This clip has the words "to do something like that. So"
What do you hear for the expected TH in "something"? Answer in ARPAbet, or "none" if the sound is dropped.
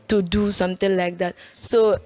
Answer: T